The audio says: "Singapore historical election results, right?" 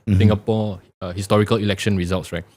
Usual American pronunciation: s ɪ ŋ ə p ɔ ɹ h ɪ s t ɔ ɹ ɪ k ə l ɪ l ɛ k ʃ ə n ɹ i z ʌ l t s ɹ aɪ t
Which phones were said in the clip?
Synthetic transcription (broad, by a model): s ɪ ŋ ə p ɔ h ɪ s t ɔ ɹ ɪ k ə l ɪ l ɛ k ʃ ə n ɹ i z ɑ l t s ɹ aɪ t